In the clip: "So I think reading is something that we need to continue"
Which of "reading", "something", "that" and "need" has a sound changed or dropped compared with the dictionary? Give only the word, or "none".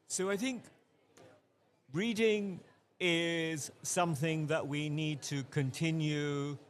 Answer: none